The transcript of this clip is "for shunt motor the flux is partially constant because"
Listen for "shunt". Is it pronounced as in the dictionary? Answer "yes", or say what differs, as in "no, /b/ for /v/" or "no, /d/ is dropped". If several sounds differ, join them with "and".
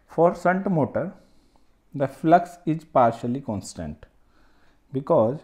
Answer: no, /s/ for /ʃ/